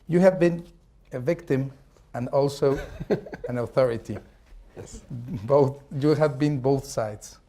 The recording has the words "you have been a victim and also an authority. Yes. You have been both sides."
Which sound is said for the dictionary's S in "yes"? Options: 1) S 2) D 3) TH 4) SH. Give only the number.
3